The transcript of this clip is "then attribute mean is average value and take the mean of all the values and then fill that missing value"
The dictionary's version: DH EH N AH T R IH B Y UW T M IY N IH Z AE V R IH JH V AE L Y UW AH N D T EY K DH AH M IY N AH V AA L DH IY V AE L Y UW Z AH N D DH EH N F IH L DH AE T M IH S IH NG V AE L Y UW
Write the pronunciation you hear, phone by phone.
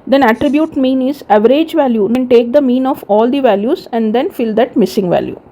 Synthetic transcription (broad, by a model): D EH N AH T R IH B Y UW T M IY N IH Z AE V R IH JH V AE L Y UW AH N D T EY K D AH M IY N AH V AA L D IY V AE L Y UW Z AH N D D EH N F IH L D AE T M IH S IH NG V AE L Y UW